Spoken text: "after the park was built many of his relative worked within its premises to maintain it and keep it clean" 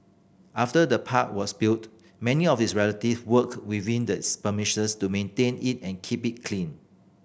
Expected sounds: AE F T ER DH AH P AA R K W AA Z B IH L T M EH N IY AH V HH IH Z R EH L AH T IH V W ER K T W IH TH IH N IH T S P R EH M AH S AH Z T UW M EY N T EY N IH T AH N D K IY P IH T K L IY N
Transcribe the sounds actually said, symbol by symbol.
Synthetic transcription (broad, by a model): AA F T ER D AH P AA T W AA S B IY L T M EH N IY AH F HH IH S R EH L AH T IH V W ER K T W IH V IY N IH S P AH M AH SH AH S T UW M EY N T EY N IH T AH N K IY P IH T K L IY N